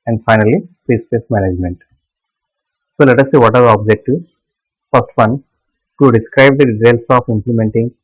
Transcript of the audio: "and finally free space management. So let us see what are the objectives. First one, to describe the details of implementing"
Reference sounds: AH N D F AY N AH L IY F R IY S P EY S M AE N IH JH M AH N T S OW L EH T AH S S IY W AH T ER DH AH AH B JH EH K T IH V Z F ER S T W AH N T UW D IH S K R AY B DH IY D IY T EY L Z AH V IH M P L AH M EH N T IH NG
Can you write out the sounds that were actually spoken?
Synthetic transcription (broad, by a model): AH N D F AY N AH L IY P R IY S P EY S M AE N IH JH M AH N T S OW L EH T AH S S IY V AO T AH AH B JH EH K T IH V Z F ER S T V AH N T UW D IH S K R AY B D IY D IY T EY L S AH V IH M P L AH M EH N T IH NG